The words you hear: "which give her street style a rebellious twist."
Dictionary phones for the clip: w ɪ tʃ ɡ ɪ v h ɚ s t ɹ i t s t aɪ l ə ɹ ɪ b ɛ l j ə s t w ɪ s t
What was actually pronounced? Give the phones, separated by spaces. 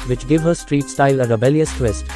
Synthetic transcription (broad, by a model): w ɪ tʃ ɡ ɪ v h ɚ s t ɹ i t s t aɪ l ə ɹ ɪ b ɛ l j ə s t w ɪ s t